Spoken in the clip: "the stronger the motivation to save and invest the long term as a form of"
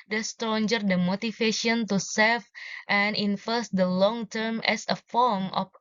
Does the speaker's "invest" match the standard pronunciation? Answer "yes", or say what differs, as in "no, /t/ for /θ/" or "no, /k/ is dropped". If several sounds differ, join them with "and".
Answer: no, /f/ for /v/